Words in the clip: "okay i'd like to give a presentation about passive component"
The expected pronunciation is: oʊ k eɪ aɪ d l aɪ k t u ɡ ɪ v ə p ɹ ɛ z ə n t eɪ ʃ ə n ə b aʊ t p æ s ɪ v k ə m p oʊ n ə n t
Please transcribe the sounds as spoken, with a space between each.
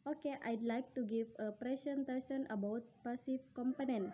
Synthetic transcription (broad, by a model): oʊ k eɪ aɪ d l aɪ k t u ɡ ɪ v ə p ɹ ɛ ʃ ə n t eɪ s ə n ə b aʊ t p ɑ s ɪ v k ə m p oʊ n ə n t